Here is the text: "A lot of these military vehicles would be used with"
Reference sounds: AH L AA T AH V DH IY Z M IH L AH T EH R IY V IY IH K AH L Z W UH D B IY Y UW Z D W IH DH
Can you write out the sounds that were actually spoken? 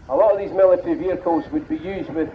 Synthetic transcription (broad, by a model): AH L AA T AH V DH IY Z M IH L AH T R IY V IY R K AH Z W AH D B IY Y UW Z D W IH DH